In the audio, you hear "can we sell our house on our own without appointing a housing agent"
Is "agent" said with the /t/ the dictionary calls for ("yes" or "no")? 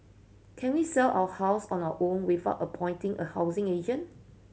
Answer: no